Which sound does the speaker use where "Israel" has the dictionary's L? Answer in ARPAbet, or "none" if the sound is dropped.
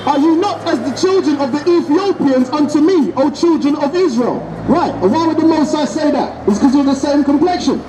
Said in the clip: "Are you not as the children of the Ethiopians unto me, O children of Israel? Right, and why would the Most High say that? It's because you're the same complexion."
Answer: L